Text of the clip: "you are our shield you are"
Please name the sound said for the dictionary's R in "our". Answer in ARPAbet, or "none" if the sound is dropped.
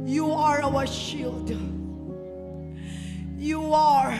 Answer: W